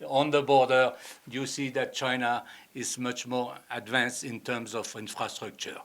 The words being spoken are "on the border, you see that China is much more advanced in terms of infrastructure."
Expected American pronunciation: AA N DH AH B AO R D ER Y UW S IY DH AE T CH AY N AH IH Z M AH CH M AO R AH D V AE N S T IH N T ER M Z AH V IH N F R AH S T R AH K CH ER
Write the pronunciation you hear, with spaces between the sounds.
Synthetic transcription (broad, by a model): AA N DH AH B AO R D ER Y UW S IY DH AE T CH AY N AH IH Z M AH CH M AO R AH D V AE N S T IH N T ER M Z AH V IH N F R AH S T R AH K CH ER